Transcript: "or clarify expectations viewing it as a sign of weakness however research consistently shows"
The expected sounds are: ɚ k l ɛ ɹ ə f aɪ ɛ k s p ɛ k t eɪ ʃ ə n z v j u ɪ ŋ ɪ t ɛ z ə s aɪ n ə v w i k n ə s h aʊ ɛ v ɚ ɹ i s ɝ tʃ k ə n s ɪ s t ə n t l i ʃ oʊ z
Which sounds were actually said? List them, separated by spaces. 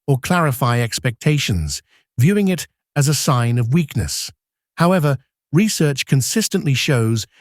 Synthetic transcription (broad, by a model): ɚ k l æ ɹ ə f aɪ ɛ k s p ɛ k t eɪ ʃ ə n z v j u ɪ ŋ ɪ t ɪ z ə s aɪ n ə v w i k n ə s h aʊ ɛ v ɚ ɹ i s ɝ tʃ k ə n s ɪ s t ə n t l i ʃ oʊ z